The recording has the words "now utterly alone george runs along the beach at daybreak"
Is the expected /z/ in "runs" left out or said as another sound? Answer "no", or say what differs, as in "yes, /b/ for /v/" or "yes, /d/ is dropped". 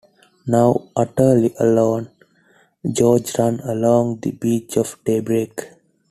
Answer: yes, /z/ is dropped